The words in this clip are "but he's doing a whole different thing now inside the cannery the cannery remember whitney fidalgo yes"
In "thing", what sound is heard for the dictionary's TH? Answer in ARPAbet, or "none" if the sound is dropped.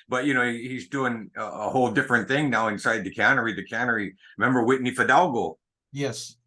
TH